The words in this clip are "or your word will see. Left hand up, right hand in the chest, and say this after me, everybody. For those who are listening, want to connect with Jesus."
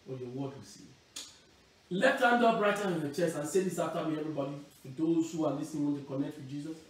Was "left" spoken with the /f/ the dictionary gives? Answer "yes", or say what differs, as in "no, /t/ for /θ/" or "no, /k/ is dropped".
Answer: no, /f/ is dropped